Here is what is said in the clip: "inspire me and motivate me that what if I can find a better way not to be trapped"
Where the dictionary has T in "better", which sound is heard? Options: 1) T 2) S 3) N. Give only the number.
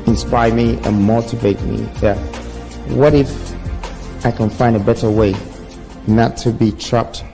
1